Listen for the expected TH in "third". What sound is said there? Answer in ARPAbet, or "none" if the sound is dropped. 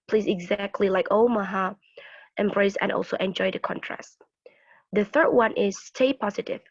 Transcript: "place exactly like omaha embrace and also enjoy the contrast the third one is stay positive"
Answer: TH